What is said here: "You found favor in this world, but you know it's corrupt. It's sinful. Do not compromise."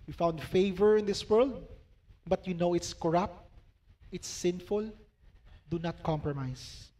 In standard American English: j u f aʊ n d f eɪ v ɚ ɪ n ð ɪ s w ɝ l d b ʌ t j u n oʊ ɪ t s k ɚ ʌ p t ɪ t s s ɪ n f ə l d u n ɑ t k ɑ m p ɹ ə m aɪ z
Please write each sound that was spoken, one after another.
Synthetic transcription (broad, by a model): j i f aʊ n d f eɪ v ɚ ɪ n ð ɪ s w ɝ l d b ʌ t j u n oʊ ɪ t s k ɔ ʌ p t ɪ t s s ɪ n f ə l d u n ɑ t k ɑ m p ɹ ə m aɪ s